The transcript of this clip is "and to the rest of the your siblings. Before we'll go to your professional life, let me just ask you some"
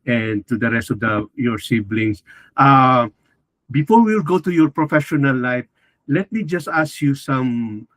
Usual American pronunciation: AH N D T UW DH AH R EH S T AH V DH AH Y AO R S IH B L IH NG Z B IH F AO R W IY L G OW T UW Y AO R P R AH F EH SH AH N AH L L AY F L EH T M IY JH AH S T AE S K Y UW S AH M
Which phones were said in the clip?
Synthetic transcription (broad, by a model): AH N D T UW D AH R EH S T AH V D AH Y AO R S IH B L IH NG S B IH F AO R W IY L G OW T UW Y AO R P R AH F EH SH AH N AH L L AY F L EH T M IY JH AH S T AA S K Y UW S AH M